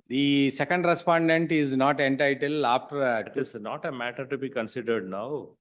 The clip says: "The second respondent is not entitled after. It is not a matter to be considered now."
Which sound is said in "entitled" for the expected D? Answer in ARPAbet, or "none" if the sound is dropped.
none